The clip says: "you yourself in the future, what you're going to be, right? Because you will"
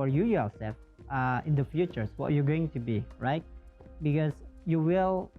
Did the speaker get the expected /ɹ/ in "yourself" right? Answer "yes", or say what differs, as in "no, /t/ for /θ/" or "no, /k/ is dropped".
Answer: no, /l/ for /ɹ/